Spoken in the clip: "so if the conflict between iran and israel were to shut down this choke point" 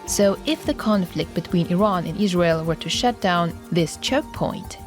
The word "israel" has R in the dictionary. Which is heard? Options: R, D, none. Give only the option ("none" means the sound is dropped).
R